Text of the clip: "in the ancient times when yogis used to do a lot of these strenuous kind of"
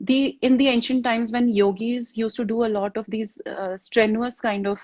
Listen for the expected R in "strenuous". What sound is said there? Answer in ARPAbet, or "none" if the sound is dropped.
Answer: R